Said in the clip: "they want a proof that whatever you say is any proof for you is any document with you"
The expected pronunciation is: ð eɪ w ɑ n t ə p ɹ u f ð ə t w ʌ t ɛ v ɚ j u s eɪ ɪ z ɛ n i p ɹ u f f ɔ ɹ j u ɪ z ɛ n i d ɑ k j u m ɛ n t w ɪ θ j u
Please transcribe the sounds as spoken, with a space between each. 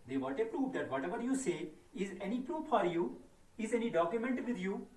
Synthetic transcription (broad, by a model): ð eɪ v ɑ t ə p ɹ u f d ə t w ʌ t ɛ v ɚ j u s eɪ ɪ z ɛ n i p ɹ u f f ɔ ɹ j u ɪ z ɛ n i d ɑ k j u m ɛ n t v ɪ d j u